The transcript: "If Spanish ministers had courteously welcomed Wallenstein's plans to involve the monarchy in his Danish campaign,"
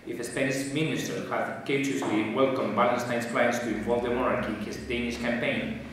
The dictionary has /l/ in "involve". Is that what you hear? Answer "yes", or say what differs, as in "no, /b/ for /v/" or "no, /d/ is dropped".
no, /l/ is dropped